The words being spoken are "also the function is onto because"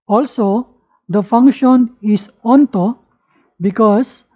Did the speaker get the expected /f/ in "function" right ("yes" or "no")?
yes